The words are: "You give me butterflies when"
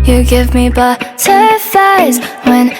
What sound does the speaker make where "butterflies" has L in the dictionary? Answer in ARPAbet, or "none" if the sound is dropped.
none